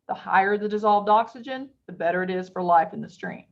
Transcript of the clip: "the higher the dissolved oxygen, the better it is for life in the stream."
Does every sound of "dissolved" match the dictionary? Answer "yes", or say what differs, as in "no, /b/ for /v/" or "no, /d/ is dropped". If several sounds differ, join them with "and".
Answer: yes